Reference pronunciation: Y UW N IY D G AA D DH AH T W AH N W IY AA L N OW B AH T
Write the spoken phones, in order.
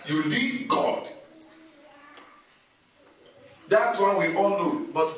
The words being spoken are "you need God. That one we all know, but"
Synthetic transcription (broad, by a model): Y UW L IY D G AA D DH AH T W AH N W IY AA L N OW B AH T